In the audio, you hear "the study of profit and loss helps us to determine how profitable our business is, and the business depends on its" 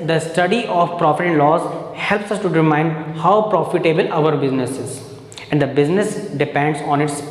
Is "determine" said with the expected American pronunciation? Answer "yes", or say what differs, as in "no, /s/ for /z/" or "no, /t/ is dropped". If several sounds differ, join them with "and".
no, /m/ is dropped